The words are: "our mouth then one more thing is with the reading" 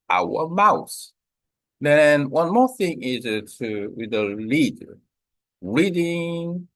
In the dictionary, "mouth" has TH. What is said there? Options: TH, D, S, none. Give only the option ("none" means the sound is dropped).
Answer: S